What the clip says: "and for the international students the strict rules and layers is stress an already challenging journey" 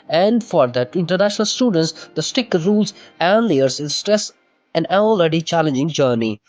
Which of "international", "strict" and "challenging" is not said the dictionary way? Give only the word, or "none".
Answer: strict